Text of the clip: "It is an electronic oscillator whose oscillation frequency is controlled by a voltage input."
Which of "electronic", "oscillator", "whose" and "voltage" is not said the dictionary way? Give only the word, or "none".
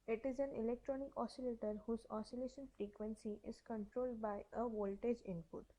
none